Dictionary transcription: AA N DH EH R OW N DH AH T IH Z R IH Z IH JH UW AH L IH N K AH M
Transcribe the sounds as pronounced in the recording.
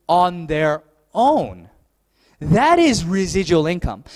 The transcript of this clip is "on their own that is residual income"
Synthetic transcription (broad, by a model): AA N DH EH R OW N DH AH T IH Z R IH Z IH JH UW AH L IH N K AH M